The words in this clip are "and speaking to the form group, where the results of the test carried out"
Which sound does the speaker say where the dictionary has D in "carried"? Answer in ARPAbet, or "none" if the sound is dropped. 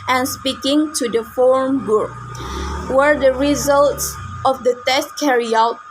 none